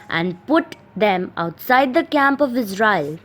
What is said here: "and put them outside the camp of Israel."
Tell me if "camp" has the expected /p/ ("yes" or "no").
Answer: yes